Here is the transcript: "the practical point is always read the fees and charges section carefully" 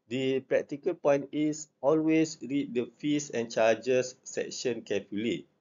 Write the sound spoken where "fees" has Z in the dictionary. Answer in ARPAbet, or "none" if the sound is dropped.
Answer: S